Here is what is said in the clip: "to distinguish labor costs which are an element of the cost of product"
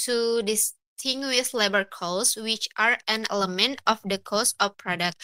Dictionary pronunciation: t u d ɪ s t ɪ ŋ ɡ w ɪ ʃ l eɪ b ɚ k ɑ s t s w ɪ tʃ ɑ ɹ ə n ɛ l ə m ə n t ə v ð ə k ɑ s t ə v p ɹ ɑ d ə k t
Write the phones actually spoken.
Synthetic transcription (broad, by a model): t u d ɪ s t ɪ ŋ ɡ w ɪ s l eɪ b ɚ k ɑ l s w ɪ tʃ ɑ ɹ ə n ɛ l ə m ə n t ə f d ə k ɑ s ə f p ɹ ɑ d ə k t